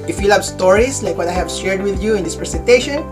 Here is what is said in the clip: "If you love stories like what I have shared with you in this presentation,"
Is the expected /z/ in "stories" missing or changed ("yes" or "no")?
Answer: yes